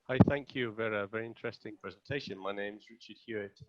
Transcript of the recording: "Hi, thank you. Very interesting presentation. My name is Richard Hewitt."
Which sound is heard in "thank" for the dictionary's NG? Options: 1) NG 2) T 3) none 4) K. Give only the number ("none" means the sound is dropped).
1